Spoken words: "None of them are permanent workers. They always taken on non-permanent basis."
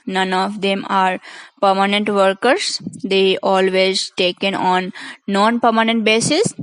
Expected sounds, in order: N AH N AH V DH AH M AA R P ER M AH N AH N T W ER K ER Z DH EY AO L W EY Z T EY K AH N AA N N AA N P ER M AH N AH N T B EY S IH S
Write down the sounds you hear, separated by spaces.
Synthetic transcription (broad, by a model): N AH N AH V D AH M AA R P ER M AH N AH N T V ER K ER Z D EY AO L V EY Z T EY K AH N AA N N AA N P ER M AH N AH N T B EY S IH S